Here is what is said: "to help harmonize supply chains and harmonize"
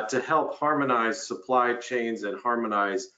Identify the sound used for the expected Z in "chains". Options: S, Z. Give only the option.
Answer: Z